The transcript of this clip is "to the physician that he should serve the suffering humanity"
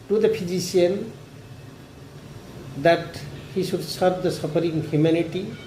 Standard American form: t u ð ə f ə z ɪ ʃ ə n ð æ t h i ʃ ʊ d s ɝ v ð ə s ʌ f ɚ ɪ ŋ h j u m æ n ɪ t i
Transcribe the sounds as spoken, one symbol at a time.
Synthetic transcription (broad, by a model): t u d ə p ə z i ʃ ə n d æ t h i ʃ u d s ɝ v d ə s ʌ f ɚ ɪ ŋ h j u m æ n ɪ t i